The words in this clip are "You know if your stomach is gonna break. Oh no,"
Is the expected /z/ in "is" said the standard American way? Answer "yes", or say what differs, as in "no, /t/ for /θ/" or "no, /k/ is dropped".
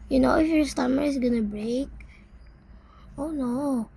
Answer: no, /s/ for /z/